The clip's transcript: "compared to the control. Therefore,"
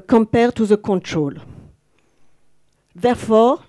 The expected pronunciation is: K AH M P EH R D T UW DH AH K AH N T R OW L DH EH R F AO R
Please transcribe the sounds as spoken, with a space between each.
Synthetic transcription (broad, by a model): K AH M P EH R T UW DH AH K AH N T R OW L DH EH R F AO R